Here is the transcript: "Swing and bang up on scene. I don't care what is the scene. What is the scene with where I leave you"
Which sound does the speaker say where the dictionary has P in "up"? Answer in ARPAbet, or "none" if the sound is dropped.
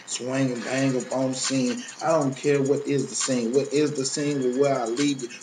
B